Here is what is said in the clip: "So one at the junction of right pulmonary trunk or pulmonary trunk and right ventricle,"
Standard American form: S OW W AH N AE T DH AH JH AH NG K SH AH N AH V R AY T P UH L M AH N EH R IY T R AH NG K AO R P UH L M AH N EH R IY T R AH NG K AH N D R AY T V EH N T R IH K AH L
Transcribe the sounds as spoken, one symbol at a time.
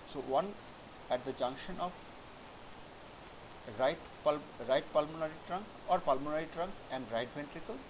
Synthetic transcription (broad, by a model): S OW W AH N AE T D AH JH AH NG K SH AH N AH P R AY T P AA L M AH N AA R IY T R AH NG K AO R P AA L M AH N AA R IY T R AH NG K AH N D R AY T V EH N T R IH K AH L